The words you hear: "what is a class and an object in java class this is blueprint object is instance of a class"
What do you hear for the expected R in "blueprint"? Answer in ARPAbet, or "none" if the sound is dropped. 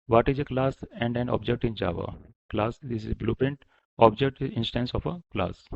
none